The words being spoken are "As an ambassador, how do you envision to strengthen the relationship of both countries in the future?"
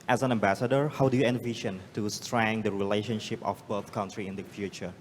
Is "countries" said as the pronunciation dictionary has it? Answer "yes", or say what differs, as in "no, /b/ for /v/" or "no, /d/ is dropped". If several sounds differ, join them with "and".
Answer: no, /z/ is dropped